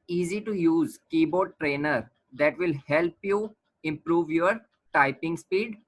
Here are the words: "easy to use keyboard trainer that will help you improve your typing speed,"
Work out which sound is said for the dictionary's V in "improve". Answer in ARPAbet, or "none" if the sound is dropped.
V